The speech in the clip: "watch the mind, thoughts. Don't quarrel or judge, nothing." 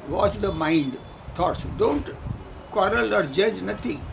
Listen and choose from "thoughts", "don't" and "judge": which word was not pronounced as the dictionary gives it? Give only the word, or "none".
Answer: thoughts